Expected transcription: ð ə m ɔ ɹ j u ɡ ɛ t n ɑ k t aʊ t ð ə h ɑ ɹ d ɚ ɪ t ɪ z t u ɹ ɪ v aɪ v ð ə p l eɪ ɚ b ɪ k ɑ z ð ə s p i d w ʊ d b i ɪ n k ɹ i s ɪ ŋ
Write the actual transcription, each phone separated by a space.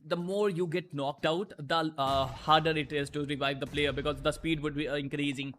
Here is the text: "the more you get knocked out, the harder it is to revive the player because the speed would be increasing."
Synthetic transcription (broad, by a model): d ə m ɔ ɹ j u ɡ ɛ t n ɑ k t aʊ t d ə h ɑ ɹ d ɚ ɪ t ɪ z t u ɹ ɪ v aɪ v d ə p l eɪ ɚ b ɪ k ɑ z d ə s p i d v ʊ d b i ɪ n k ɹ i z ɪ ŋ